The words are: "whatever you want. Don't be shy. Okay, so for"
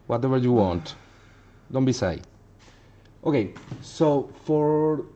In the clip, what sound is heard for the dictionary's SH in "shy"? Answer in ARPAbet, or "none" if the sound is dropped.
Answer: S